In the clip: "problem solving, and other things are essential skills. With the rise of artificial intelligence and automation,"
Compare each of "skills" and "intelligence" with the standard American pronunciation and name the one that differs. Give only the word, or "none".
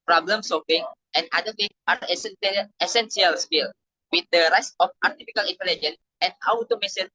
skills